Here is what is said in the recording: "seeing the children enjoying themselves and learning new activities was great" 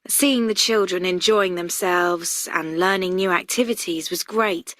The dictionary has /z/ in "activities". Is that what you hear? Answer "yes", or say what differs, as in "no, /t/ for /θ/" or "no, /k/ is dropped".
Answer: yes